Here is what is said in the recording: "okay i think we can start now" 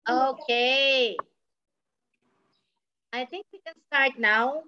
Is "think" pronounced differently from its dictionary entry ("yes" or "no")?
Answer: yes